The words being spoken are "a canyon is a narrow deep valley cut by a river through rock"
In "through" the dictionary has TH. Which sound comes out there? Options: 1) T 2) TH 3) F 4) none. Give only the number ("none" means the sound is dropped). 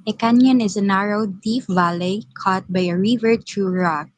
1